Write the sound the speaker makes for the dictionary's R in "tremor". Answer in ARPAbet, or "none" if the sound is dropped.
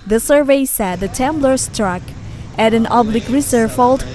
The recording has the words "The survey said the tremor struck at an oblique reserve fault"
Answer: none